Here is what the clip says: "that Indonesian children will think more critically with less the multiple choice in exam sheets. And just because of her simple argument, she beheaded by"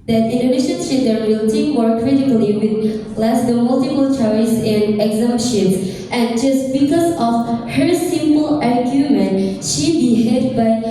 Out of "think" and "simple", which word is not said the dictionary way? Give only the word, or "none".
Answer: think